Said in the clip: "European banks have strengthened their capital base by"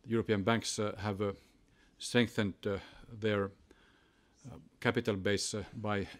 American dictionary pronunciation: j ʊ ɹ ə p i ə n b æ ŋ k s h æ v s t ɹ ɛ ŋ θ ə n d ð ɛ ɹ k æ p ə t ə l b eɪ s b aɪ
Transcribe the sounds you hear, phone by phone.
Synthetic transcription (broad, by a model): j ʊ ɹ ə p i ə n b æ ŋ k s h æ v s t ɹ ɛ ŋ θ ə n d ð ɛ ɹ k æ p ə t ə l b eɪ s b aɪ